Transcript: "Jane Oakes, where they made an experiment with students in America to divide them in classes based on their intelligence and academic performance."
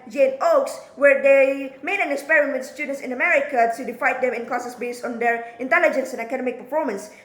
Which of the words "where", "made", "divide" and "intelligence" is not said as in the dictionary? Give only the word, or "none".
divide